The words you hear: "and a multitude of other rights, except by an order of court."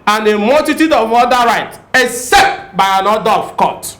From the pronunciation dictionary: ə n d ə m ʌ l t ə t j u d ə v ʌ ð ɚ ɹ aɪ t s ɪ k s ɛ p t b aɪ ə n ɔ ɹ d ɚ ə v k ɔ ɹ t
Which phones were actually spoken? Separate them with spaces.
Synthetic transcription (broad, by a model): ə n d ə m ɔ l t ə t j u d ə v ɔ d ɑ ɹ aɪ t ɪ k s ɛ p t b aɪ ə n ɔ d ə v k ɔ t